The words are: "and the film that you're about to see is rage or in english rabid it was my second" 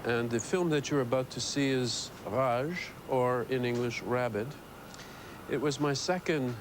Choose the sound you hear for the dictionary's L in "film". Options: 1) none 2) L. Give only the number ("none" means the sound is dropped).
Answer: 2